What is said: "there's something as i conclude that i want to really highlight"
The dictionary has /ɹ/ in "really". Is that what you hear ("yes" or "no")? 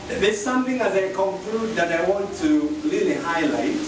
no